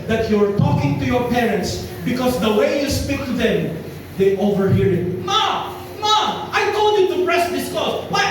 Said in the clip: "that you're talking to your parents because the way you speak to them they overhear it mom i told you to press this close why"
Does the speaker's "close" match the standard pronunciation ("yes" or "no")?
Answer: no